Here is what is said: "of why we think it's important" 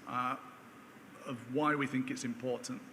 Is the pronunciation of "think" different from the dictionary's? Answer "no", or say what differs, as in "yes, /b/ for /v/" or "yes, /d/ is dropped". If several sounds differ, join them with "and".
no